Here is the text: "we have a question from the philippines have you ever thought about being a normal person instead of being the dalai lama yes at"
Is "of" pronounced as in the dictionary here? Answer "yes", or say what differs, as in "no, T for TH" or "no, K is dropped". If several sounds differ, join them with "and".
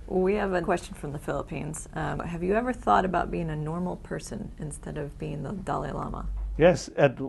yes